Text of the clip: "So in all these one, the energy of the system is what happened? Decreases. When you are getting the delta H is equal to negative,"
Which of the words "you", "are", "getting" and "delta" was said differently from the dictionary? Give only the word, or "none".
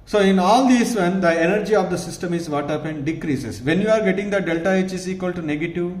none